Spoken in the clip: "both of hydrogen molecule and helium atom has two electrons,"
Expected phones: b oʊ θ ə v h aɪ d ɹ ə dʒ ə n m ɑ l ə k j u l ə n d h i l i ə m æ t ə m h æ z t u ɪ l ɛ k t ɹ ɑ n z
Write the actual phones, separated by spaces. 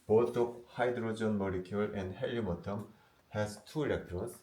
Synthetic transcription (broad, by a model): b oʊ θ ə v h aɪ d ɹ ə dʒ ə n m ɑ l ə k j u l ə n d h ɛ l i m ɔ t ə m h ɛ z t u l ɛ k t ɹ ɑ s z